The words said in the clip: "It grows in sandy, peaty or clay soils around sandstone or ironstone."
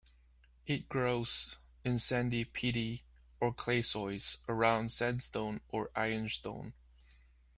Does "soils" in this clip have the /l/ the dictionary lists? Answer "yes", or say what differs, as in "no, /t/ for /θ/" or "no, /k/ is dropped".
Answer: no, /l/ is dropped